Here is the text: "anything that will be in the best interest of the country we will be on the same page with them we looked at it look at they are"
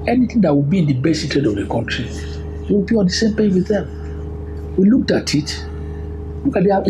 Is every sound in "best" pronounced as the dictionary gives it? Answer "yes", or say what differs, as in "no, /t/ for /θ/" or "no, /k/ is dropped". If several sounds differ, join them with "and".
no, /t/ is dropped